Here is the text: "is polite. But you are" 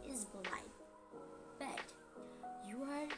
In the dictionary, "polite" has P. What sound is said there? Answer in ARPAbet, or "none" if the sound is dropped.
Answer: B